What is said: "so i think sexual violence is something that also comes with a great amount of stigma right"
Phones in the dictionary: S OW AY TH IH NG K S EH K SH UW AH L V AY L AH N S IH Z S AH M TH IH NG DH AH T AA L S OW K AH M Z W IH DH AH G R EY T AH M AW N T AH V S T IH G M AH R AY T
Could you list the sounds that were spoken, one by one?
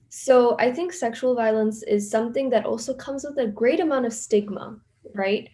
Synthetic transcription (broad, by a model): S OW AY TH IH NG K S EH K SH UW L V AY L AH N S IH Z S AH M TH IH NG DH AH T AA L S OW K AH M Z W IH DH AH G R EY T AH M AW N T AH V S T IH G M AH R AY T